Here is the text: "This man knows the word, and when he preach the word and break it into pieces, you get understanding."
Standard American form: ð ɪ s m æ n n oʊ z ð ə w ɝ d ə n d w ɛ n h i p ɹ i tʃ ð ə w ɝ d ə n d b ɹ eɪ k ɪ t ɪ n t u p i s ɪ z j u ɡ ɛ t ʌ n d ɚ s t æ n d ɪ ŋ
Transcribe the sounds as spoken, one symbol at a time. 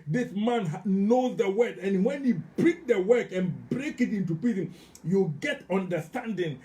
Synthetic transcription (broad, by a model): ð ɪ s m æ n n oʊ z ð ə w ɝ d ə n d w ɛ n h i b ɹ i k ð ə w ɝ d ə n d b ɹ eɪ k ɪ t ɪ n t u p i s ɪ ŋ j u ɡ ɛ t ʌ n d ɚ s t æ n d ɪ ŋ